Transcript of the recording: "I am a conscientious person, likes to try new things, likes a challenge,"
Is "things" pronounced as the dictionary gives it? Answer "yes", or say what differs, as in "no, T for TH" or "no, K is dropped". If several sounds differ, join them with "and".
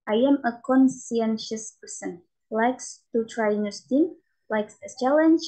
no, T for TH